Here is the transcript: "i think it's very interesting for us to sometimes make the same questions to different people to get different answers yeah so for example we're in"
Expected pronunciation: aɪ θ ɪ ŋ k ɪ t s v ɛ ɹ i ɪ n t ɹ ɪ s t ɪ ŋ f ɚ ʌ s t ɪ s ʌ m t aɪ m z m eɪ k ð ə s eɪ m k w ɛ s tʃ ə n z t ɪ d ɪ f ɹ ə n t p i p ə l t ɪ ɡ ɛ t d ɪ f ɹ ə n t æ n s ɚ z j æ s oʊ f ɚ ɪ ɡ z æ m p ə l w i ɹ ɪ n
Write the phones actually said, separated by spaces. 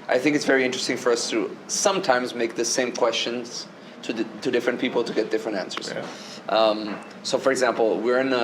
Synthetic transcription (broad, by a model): aɪ θ ɪ ŋ k ɪ t s v ɛ ɹ i ɪ n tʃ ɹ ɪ s t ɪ ŋ f ɚ ʌ s t ɪ s ʌ m t aɪ m z m eɪ k ð ə s eɪ m k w ɛ s tʃ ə n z t ɪ d ɪ f ɹ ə n p i p l t ɪ ɡ ɛ t d ɪ f ɹ ə n t æ n s ɚ z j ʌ s oʊ f ɚ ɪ ɡ z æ m p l w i ɹ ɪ n